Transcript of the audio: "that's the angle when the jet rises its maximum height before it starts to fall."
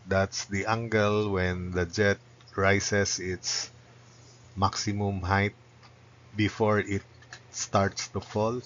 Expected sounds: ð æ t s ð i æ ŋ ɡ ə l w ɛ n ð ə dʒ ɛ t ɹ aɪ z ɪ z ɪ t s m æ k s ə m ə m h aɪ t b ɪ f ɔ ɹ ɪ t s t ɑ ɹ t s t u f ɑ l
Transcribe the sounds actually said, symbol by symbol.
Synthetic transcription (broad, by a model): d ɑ t s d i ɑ ŋ ɡ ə l w ɛ n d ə dʒ ɛ t ɹ aɪ s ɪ s ɪ t s m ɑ k s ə m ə m h aɪ t b ɪ f ɔ ɹ ɪ t s t ɑ ɹ t s t u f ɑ l